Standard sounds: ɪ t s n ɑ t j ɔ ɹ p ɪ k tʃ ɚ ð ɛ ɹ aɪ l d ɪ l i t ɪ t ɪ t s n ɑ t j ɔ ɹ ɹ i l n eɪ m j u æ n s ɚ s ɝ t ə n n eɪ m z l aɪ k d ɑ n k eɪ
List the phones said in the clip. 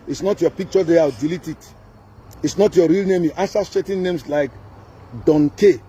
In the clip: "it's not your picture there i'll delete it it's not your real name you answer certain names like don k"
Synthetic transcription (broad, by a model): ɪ t s n ɑ t j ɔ p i k tʃ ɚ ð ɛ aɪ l d ɪ l i t ɪ t ɪ t s n ɑ t j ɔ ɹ ɹ i l n eɪ m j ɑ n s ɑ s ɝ t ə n n eɪ m s l aɪ k d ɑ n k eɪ